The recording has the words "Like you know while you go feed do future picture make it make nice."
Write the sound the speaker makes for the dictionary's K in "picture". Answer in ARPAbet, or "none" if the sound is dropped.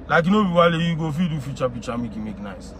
none